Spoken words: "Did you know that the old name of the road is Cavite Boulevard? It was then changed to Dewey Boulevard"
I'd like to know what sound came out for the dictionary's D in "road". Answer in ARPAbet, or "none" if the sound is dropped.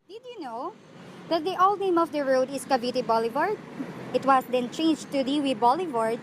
D